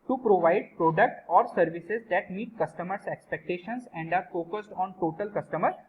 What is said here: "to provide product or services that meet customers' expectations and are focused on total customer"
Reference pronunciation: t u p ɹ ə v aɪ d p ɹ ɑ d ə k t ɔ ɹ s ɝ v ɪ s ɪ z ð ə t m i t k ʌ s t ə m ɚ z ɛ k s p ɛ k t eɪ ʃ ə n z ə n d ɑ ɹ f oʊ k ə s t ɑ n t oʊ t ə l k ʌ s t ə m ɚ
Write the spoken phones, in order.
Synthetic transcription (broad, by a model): t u p ɹ ə v aɪ d p ɹ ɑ d ə k t ɔ ɹ s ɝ v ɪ s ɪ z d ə t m i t k ʌ s t ə m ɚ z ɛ k s p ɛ k t eɪ ʃ ə n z ə n d ɑ ɹ f oʊ k ə s t ɑ n t oʊ t ə l k ʌ s t ə m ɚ